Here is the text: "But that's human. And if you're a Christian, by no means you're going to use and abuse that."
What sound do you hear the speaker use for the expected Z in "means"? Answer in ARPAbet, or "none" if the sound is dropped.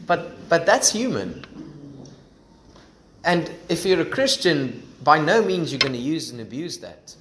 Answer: Z